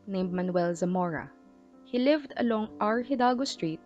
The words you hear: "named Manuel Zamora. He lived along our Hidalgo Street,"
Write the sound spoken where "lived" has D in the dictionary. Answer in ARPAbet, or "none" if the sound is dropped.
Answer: D